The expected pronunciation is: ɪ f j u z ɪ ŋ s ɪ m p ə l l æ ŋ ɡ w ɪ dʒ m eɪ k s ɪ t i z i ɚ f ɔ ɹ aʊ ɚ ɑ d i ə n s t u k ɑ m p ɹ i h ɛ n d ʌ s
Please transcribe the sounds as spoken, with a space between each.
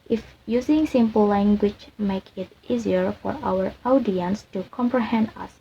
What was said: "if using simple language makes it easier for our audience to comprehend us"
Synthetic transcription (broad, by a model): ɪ f j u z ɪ ŋ s ɪ m p ə l l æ ŋ ɡ w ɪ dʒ m eɪ k ɪ t i z i ɚ f ɔ ɹ aʊ ɚ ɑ d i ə n s t u k ɑ m p ɹ i h ɛ n d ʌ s